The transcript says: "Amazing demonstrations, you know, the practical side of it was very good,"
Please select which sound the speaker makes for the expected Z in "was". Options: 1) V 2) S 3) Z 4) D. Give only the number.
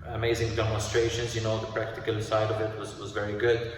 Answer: 3